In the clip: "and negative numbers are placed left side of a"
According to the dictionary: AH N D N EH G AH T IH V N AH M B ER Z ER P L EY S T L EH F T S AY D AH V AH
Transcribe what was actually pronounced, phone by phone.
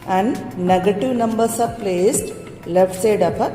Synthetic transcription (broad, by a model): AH N D N EH G AH T IH V N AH M B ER S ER P L EY S T L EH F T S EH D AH P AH